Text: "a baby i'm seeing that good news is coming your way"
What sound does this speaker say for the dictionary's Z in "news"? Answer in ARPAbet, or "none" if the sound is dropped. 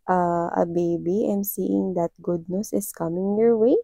S